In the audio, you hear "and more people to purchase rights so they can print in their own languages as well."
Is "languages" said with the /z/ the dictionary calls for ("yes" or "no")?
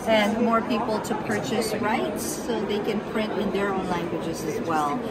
yes